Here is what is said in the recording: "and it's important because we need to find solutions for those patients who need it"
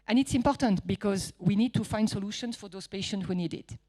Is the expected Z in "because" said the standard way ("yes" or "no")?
yes